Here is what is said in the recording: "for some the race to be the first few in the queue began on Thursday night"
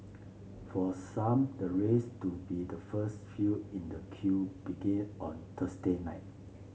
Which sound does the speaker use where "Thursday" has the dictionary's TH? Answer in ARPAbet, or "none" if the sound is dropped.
T